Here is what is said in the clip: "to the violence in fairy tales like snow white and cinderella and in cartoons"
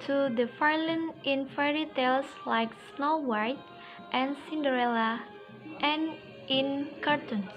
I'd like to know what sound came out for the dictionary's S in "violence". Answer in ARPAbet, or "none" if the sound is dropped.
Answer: none